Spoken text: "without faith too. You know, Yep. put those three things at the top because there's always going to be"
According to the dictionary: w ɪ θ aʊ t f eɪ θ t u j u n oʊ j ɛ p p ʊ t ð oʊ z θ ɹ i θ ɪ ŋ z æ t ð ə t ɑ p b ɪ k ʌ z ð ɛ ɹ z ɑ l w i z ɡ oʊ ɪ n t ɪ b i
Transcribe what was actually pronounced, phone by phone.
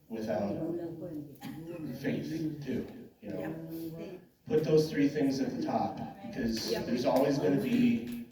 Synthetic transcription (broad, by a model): w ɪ θ aʊ t f eɪ θ t u j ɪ n oʊ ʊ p p ʊ t ð oʊ z θ ɹ i θ ɪ ŋ z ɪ t ð ə t ɑ p b ɪ k ʌ z ð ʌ ɹ z ɑ l w i z ɡ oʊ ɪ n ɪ b i